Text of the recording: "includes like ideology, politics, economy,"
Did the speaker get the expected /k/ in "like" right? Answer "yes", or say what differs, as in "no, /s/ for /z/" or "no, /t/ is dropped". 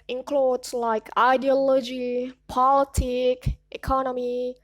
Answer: yes